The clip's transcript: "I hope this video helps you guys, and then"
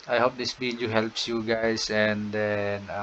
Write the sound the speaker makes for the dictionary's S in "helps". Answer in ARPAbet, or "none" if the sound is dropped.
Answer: S